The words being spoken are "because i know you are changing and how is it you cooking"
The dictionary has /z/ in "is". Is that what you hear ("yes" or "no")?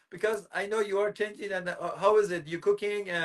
yes